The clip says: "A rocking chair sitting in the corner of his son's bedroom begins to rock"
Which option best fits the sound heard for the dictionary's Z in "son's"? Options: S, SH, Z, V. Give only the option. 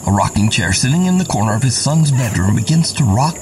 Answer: Z